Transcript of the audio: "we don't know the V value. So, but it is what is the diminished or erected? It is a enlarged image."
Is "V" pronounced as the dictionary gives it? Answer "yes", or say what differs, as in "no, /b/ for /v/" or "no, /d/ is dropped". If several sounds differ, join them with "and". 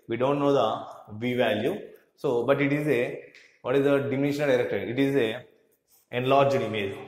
yes